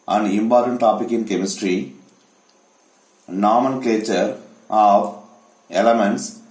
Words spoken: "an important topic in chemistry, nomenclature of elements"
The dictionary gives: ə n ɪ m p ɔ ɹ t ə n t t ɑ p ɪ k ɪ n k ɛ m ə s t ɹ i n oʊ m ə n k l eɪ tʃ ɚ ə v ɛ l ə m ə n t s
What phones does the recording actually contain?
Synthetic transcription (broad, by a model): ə n ɪ m p ɔ ɹ t ə n t t ɑ p ɪ k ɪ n k ɛ m ə s t ɹ i n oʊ m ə n k l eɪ tʃ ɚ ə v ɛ l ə m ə n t s